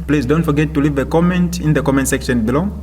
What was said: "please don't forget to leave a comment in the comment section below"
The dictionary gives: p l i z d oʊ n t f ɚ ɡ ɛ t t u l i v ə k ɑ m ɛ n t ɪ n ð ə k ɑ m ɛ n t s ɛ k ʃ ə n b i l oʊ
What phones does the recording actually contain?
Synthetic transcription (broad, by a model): p l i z d oʊ n t f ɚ ɡ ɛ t t u l i v ə k ɑ m ɛ n t ɪ n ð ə k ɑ m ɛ n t s ɛ k ʃ ə n b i l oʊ